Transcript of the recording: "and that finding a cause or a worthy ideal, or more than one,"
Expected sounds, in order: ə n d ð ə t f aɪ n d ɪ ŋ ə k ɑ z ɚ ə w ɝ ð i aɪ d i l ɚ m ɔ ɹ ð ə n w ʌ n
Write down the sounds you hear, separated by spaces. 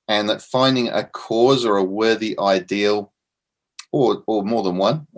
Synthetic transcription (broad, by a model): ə n ð ə t f aɪ n d ɪ ŋ ə k ɑ z ɚ ə w ɝ ð i aɪ d i l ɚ m ɔ ɹ ð ə n w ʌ n